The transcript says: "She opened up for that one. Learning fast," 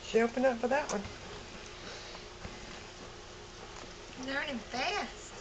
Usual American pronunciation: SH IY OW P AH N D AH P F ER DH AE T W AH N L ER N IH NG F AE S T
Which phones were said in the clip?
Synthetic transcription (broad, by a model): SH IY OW P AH N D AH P F ER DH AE T W AH N N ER IH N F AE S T